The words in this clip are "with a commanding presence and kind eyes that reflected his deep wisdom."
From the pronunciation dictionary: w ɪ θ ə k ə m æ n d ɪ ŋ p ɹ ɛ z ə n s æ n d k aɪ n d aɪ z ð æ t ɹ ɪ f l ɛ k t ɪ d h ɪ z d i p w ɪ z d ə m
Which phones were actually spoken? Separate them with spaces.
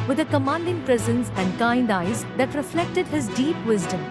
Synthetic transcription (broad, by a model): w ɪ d ə k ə m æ n d ɪ ŋ p ɹ ɛ z ə n s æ n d k aɪ n d aɪ z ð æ t ɹ ɪ f l ɛ k t ɪ d h ɪ z d i p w ɪ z d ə m